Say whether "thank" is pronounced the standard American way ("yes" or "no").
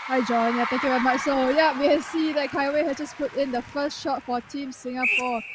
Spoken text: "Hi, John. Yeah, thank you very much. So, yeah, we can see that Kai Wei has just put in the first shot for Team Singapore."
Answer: no